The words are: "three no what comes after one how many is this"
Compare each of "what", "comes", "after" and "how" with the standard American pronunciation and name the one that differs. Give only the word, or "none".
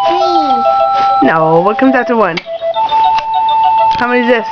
after